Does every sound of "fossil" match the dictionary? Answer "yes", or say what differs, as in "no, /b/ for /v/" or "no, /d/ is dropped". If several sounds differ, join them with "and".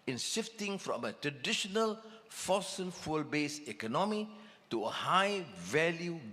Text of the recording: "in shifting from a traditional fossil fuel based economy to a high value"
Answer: no, /n/ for /l/